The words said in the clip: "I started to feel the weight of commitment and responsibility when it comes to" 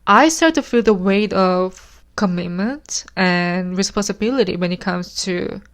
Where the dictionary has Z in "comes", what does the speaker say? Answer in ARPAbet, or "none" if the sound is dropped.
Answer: S